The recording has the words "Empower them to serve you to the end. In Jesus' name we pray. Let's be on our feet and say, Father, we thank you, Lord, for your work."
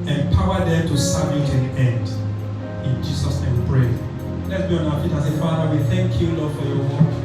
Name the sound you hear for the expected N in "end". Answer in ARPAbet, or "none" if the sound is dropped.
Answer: N